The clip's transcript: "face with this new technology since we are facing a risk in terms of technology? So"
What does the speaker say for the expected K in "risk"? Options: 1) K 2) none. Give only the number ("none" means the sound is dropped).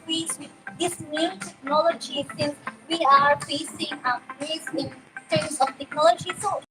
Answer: 2